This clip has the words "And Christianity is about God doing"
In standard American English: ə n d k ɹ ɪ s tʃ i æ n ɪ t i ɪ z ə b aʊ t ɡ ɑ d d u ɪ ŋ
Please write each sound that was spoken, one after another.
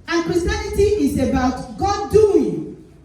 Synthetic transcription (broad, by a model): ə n k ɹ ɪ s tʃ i n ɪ t i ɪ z ə b aʊ t ɡ ɑ d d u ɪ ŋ